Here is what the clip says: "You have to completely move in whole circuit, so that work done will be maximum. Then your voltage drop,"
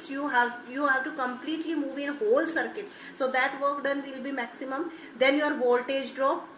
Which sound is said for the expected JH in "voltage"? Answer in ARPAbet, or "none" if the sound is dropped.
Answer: JH